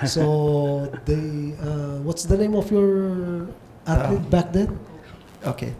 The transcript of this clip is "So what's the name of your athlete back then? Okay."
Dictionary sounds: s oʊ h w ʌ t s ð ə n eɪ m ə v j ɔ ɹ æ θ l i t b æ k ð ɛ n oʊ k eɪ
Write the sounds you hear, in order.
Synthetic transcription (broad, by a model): s oʊ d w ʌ t s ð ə n eɪ m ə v j ɔ ɹ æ t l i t b æ k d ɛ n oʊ k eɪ